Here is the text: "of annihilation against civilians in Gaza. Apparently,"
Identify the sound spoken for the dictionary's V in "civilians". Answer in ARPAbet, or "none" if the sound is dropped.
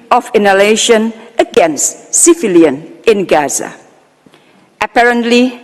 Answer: F